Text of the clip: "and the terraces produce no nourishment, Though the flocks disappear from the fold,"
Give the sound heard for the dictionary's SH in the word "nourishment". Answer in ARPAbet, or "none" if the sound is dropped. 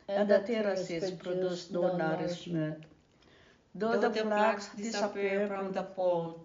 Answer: S